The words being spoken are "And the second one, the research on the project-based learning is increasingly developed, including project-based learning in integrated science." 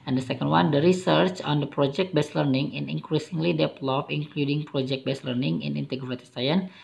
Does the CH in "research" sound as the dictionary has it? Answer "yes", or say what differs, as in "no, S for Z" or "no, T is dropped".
yes